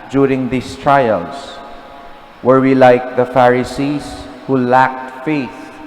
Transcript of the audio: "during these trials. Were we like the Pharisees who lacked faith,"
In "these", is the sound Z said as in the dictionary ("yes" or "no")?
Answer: no